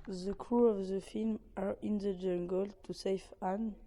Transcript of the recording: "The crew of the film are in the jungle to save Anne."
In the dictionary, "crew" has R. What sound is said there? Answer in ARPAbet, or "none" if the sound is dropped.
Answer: R